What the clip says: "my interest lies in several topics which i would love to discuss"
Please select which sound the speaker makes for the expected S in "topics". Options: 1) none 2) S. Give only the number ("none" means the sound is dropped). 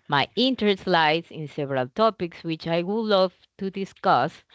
2